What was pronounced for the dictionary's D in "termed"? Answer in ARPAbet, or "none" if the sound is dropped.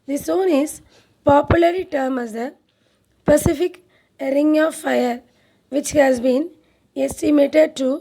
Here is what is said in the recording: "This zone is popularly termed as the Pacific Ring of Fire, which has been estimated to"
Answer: none